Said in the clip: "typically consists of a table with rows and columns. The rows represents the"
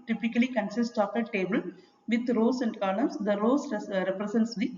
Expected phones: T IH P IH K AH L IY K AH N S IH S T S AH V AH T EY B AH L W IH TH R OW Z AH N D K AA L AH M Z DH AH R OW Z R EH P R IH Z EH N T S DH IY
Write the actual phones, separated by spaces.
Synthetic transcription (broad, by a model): T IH P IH K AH L IY K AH N S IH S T AH F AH T EY B AH L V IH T R OW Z AH N D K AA N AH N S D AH R OW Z R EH P R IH S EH N T S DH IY